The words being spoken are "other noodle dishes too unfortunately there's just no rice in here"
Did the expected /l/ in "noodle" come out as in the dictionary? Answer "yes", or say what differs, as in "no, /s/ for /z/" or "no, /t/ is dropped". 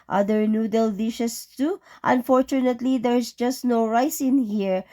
yes